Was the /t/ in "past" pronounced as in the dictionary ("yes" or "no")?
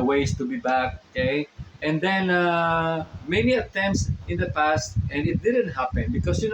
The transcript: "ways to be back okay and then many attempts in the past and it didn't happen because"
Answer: yes